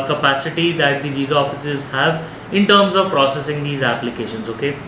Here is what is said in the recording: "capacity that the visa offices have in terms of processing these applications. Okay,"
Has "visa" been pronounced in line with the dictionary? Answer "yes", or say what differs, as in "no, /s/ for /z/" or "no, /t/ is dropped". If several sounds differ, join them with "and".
yes